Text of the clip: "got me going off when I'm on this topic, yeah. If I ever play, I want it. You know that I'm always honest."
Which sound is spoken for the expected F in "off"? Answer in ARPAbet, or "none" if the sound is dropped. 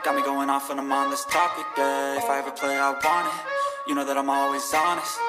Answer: F